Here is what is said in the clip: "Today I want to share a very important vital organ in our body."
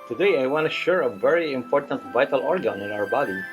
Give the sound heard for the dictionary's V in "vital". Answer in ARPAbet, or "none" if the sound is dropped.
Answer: V